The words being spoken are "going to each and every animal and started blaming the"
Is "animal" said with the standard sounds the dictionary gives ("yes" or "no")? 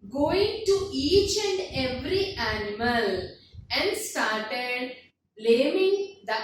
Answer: yes